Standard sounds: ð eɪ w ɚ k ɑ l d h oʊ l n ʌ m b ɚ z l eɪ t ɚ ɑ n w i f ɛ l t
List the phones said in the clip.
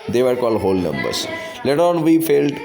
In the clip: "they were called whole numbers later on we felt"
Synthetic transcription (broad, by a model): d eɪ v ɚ k ɑ l d h oʊ l n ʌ m b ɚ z l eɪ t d ɑ n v i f ɛ l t